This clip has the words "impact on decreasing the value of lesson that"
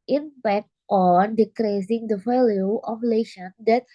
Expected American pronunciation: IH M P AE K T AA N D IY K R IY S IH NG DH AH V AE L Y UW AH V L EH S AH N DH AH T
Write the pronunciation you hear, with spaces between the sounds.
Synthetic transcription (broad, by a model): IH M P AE K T AA N D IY K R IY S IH NG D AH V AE L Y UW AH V L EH SH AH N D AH T